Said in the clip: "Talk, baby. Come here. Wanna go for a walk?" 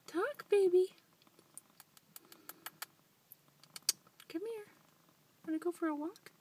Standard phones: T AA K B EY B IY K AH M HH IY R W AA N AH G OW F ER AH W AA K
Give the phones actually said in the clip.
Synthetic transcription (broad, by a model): T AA K B EY B IY K AH M HH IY R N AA AH G OW F ER AH W AA K